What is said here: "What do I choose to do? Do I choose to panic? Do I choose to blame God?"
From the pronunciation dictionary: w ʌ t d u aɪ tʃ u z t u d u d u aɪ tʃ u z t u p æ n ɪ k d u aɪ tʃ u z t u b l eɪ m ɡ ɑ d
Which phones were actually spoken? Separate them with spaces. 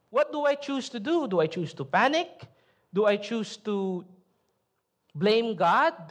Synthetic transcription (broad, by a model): w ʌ t d u aɪ tʃ u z t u d u d u aɪ tʃ u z t u p æ n ɪ k d u aɪ tʃ u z t u b l eɪ m ɡ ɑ d